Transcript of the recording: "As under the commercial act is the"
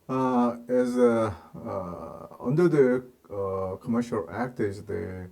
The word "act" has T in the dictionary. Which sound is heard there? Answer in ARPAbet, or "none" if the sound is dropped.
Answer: T